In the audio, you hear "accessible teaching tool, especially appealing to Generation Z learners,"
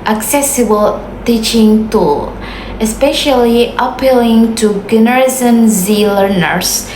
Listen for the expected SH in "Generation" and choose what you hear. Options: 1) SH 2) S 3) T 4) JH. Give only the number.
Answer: 2